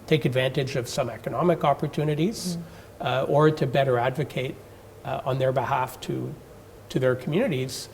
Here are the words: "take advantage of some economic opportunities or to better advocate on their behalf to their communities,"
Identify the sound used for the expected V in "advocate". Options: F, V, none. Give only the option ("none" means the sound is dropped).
V